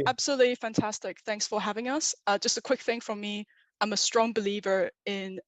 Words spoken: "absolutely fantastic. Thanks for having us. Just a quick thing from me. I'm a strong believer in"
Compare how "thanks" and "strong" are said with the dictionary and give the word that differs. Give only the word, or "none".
none